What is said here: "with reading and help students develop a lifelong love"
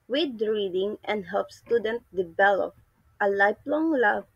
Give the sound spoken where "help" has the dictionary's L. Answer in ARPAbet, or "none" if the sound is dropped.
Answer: L